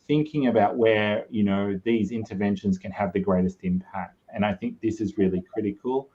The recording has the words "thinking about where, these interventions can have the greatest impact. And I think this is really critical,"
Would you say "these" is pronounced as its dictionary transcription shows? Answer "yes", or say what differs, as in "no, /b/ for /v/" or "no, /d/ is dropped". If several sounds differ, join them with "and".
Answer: yes